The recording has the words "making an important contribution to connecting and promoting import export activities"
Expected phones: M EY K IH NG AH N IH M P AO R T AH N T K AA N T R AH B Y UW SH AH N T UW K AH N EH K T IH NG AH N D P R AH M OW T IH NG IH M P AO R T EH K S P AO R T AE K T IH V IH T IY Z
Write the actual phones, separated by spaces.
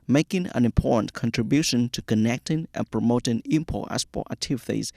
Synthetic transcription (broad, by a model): M EY K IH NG AH N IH M P AO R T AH N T K AA N T R AH B Y UW SH AH N T UW K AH N EH K T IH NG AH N P R AH M OW T IH NG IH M P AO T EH S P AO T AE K T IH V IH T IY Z